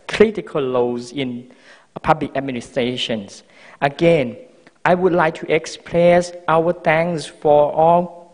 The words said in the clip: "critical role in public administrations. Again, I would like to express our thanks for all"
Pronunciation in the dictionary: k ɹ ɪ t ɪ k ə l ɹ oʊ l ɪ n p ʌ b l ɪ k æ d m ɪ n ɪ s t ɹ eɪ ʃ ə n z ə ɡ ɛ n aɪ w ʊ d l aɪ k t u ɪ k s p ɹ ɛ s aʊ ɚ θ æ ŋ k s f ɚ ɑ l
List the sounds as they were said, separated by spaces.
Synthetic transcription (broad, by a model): k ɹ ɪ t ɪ k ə l l oʊ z ɪ n p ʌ b l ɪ k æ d m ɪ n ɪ s t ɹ eɪ ʃ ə n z ə ɡ ɛ n aɪ w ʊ d l aɪ k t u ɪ k s p l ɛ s aʊ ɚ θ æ ŋ s f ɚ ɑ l